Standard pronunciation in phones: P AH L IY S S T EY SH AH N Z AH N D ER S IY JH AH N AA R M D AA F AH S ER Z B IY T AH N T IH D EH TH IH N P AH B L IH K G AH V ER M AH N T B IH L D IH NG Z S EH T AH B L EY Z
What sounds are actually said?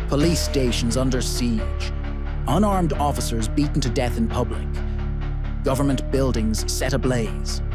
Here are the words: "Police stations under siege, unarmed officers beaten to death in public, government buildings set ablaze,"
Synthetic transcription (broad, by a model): P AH L IY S S T EY SH AH N Z AH N D ER S IY JH AH N AA R M D AA F AH S ER Z B IY T N T IH D EH TH IH N P AH B L IH K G AH V ER M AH N B IH L D IH NG Z S EH T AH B L EY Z